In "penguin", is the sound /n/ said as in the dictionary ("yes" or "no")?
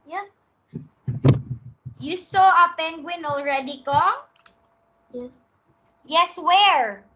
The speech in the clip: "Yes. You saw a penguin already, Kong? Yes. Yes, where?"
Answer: yes